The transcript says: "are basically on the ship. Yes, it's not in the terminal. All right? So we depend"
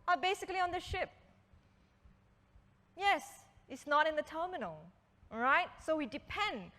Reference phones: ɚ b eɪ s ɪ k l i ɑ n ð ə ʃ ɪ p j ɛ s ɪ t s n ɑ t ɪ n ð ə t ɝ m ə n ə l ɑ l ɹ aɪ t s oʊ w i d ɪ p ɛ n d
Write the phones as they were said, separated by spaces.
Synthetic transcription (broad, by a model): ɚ b eɪ s ɪ k l i ɑ n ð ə ʃ ɪ p j ɛ s ɪ t s n ɑ t ɪ n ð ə t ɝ m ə n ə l l ɹ aɪ t s oʊ w i d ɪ p ɛ n d